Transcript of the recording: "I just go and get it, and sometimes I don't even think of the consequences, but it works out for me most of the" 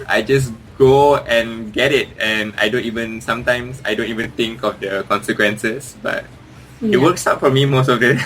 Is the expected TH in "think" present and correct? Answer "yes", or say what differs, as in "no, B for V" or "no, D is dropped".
no, T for TH